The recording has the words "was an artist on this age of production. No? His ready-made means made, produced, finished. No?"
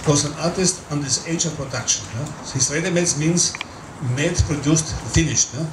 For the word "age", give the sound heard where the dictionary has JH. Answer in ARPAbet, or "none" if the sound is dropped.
SH